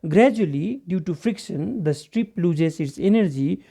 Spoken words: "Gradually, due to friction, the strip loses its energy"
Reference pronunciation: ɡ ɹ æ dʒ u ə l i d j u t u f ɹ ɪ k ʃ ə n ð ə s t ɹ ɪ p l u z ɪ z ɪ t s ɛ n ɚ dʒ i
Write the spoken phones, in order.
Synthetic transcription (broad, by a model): ɡ ɹ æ dʒ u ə l i d j u t u f ɹ ɪ k ʃ ə n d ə s t ɹ ɪ p l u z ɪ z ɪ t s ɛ n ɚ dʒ i